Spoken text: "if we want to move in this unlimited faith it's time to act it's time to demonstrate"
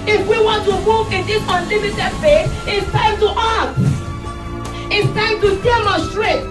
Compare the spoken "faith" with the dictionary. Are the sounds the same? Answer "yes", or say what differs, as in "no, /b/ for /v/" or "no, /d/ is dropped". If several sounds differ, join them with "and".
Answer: no, /s/ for /θ/